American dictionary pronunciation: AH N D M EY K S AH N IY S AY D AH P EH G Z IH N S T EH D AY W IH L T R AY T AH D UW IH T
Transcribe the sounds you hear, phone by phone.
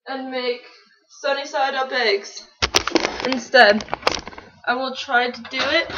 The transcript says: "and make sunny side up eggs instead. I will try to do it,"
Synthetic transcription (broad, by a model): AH N M EY K S AH N IY S AY D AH B EH G Z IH N S T EH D AY W IH L T R AY T AH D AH IH T